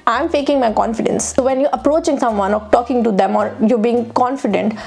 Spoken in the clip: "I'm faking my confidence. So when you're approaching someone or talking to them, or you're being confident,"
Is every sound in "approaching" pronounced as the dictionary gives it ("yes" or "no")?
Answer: yes